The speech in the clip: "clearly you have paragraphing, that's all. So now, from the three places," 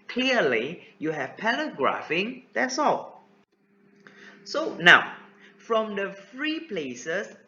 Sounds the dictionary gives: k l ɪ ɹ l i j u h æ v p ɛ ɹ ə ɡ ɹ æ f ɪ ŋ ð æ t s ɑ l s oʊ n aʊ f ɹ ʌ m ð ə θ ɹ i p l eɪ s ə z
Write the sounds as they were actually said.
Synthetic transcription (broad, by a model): k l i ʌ l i j u h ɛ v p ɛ l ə ɡ ɹ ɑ f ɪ ŋ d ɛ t s ɑ l s oʊ n aʊ f ɹ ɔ m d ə f ɹ i p l eɪ s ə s